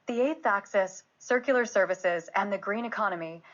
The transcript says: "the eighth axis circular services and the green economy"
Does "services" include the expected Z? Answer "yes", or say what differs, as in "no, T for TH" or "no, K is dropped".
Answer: yes